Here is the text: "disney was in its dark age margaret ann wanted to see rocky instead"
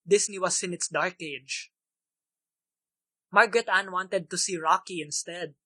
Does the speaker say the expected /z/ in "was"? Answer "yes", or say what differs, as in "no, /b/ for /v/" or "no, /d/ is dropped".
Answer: no, /s/ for /z/